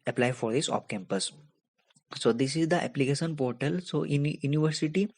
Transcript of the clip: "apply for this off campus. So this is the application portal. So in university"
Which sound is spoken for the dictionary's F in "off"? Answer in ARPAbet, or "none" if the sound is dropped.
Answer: P